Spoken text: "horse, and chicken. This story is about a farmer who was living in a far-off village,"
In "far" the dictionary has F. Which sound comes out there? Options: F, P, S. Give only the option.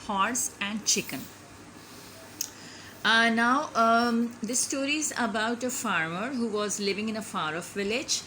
F